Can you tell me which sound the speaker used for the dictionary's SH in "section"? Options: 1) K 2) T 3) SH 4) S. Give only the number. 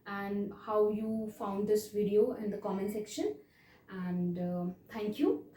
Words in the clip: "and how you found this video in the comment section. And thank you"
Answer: 3